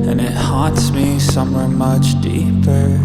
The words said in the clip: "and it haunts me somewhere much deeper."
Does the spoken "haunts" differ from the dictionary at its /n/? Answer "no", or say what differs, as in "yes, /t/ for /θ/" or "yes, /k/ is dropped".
yes, /n/ is dropped